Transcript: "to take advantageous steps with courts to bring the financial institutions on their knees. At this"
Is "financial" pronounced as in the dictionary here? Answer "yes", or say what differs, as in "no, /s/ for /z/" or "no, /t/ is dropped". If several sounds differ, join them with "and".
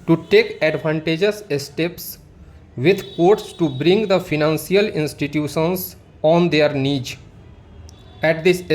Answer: no, /s/ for /ʃ/